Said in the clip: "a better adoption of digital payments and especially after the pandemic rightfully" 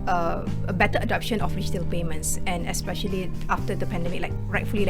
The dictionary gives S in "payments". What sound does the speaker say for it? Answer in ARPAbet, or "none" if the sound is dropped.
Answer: S